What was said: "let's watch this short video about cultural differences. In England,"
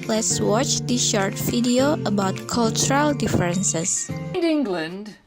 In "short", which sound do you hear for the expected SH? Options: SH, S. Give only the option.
SH